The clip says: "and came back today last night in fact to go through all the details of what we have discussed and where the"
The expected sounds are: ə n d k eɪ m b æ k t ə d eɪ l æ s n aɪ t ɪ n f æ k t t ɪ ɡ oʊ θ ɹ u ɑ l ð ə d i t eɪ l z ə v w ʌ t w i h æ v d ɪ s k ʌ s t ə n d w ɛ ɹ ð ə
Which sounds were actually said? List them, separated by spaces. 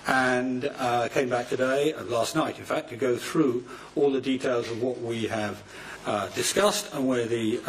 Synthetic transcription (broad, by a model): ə n k eɪ m b æ k t ə d eɪ l æ s n aɪ t ɪ n f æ k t t ɪ ɡ oʊ θ ɹ u ɑ l ð ə d i t eɪ l z ə v w ʌ t w i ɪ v d ɪ s k ʌ s t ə n w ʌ ɹ ð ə